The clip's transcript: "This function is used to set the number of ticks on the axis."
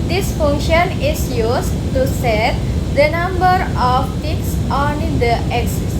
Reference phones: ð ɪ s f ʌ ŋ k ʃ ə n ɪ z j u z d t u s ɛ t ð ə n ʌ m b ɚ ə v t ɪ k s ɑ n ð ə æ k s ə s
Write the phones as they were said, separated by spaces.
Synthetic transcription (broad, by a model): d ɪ s f ʌ ŋ k ʃ ə n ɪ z j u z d t u s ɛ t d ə n ʌ m b ɚ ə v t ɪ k s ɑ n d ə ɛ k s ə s